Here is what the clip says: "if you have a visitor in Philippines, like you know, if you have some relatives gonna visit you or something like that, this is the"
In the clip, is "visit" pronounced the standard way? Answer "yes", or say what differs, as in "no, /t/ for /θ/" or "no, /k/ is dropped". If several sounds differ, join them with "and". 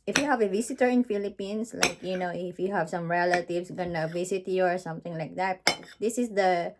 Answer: no, /s/ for /z/